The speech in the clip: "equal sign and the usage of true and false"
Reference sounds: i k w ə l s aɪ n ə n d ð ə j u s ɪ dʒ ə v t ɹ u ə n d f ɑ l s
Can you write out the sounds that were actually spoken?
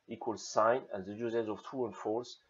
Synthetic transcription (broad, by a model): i k w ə l s aɪ n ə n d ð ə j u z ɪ z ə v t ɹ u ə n f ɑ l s